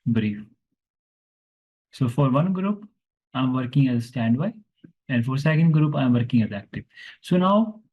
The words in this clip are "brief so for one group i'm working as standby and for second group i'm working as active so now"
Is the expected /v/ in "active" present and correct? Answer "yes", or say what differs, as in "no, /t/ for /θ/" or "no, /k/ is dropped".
no, /p/ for /v/